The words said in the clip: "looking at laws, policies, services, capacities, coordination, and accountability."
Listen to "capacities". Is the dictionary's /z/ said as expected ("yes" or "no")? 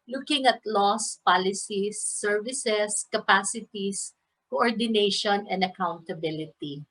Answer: no